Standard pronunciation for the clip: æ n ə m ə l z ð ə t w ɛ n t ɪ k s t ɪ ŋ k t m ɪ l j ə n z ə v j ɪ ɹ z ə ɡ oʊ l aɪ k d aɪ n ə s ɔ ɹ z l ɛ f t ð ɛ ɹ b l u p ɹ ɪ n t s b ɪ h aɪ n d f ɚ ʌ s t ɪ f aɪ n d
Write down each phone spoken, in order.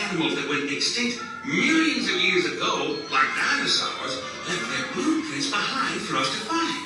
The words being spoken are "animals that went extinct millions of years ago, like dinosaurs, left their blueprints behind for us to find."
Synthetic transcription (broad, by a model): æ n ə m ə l z ð ə t w ɛ n t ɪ k s t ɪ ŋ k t m ɪ l j ə n z ə v j ɪ ɹ z ə ɡ oʊ l aɪ k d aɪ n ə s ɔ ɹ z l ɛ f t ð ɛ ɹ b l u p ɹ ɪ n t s b ɪ h aɪ n d f ɚ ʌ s t ɪ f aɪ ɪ